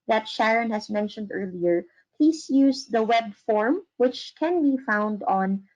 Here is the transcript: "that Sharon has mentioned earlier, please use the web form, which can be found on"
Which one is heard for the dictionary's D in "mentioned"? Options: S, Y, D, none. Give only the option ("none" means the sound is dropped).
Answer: D